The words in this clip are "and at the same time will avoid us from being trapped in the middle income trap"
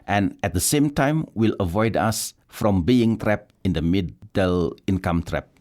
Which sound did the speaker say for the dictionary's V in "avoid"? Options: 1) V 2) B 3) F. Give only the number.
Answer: 1